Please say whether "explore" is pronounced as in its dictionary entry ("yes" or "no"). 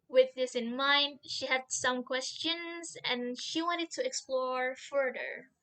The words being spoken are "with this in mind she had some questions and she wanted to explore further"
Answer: yes